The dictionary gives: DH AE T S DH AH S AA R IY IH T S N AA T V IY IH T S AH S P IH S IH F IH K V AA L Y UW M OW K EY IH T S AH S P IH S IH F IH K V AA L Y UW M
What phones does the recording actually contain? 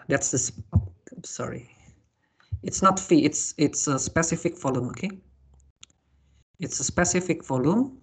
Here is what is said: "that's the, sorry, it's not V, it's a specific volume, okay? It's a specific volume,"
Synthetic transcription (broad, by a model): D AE T S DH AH S AA R IY IH T S N AA T F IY IH T S AH S P IH S IH F IH K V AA L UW M OW K EY IH T S AH S P IH S IH F IH K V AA L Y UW M